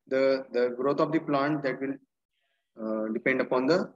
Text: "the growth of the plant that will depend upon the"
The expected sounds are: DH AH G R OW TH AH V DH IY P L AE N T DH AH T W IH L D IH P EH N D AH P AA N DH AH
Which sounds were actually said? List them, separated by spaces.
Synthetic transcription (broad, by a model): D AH G R OW T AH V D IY P L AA N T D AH T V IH L D IH P EH N D AH P AA N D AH